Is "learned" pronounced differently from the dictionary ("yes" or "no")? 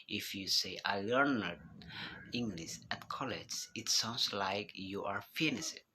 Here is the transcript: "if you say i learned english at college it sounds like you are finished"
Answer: no